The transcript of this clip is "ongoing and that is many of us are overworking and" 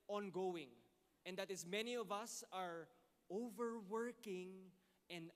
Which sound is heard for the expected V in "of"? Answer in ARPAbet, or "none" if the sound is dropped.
V